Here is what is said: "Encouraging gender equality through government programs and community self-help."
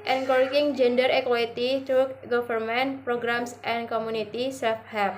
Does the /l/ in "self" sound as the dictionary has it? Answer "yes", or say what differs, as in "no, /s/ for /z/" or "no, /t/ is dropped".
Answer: no, /l/ is dropped